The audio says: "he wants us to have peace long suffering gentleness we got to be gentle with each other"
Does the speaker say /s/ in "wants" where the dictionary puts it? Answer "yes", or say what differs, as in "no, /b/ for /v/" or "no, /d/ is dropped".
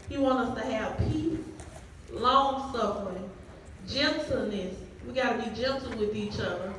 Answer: no, /s/ is dropped